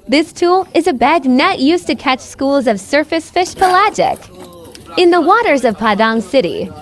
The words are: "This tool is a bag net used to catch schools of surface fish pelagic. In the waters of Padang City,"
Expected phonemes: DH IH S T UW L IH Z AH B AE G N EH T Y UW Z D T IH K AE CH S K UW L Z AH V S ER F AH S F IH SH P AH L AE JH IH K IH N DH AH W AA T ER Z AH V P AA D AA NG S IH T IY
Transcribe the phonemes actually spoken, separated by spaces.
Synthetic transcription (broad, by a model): DH IH S T UW L IH Z AH B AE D N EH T Y UW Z T IH K AE CH S K UW L Z AH V S ER F AH S F IH SH P AH L AE JH IH K IH N DH AH W AA T ER Z AH V P AA D AA NG S IH T IY